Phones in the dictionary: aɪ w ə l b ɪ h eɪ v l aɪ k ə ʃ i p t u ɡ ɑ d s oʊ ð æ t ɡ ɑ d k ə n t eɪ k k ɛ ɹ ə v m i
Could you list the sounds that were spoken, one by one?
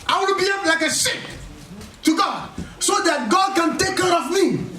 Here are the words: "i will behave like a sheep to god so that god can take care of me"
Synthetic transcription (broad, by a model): aɪ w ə n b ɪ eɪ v l aɪ k ə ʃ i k t u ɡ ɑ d s oʊ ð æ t ɡ ɑ d k ə n t eɪ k k ɛ ɹ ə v m i